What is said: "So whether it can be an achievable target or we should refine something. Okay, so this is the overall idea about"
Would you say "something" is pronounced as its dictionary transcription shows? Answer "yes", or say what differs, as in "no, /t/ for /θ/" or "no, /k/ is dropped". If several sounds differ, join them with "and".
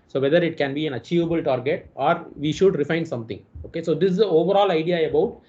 no, /t/ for /θ/